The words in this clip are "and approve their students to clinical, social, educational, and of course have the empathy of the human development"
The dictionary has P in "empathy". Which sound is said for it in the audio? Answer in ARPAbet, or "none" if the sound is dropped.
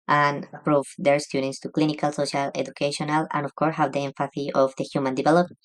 F